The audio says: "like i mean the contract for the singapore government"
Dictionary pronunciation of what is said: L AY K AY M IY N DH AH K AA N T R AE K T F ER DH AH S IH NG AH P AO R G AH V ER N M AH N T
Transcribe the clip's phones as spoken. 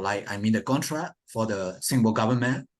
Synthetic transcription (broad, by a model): L AY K AY M IY N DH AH K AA N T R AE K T F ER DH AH S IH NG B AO L G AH V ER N M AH N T